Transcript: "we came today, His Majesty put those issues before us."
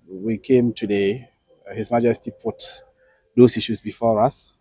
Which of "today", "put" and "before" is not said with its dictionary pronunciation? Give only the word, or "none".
none